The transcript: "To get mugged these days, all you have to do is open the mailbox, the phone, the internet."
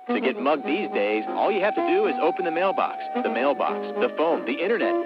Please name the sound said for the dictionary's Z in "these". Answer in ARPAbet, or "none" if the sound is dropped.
Z